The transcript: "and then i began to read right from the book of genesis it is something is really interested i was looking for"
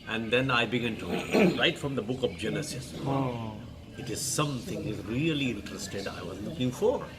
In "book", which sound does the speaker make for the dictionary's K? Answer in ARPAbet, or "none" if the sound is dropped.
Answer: K